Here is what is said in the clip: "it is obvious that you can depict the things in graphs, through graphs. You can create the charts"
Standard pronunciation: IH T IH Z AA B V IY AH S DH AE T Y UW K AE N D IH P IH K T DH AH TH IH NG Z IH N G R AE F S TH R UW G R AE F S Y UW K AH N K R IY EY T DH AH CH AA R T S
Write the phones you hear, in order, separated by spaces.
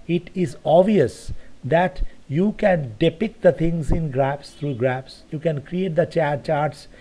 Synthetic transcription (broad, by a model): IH T IH Z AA V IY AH S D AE T Y UW K AE N D IH P IH K T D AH T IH NG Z IH N G R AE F S T R UW G R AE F S Y UW K AH N K R IY EY T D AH CH AA R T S